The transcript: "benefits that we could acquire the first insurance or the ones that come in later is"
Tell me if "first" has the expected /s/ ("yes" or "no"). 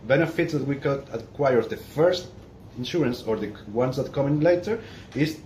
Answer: yes